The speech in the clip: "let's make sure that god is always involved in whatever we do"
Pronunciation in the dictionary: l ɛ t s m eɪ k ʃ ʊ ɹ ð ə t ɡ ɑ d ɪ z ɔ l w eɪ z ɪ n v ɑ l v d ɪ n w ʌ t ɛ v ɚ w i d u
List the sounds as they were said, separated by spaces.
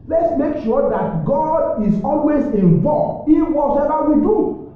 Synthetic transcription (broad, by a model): l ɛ t s m eɪ k ʃ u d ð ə t ɡ ɑ d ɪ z ɔ l w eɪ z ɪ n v ɑ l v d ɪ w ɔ s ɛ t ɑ w i d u